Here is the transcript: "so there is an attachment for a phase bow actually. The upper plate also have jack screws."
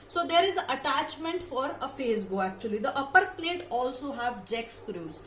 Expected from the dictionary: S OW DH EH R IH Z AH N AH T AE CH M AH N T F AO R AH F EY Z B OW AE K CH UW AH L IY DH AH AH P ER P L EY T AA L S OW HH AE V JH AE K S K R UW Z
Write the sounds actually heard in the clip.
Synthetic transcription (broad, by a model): S OW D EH R IH Z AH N AH T AE CH M AH N T F AO R AH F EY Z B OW AE K CH UW AH L IY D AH AH P ER P L EY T AA L S OW HH AE V JH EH K S K R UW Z